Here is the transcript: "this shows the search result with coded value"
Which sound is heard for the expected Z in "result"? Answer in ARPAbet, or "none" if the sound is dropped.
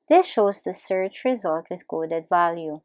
Z